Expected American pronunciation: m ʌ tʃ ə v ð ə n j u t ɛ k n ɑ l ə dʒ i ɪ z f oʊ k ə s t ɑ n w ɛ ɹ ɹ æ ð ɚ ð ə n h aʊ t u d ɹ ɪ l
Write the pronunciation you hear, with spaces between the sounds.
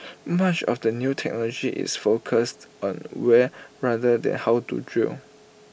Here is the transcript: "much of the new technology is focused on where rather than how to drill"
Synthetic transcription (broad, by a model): m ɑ tʃ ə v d ə n j u t ɛ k n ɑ l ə dʒ i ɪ s f oʊ k ə s t ɑ n w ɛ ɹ ɹ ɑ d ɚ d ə n h aʊ t u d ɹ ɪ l